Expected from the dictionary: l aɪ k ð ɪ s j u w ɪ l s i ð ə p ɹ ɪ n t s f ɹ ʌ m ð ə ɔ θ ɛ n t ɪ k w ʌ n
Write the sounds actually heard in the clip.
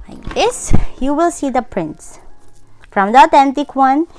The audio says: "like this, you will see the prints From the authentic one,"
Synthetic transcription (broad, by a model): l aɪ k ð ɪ s j u w ɪ l s i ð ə p ɹ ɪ n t s f ɹ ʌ m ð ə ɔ t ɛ n t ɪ k w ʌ n